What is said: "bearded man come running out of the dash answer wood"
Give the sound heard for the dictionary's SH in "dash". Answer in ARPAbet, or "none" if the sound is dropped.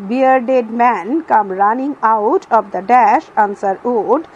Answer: SH